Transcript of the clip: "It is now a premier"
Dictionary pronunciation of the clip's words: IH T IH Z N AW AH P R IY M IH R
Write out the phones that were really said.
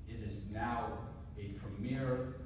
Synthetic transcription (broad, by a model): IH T IH Z N AW AH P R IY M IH R